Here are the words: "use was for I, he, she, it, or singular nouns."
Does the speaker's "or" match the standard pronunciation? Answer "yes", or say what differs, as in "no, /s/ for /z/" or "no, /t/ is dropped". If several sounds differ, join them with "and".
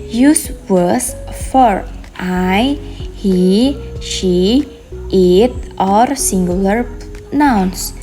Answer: yes